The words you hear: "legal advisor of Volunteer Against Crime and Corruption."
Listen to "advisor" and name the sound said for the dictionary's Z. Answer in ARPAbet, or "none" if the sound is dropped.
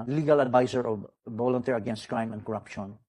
S